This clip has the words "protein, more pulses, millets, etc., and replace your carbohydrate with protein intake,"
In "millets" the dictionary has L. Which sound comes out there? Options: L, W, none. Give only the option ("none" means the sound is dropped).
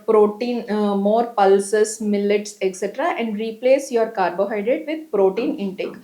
L